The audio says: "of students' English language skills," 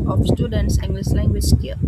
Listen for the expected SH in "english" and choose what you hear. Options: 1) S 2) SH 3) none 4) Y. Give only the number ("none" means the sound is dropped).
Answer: 1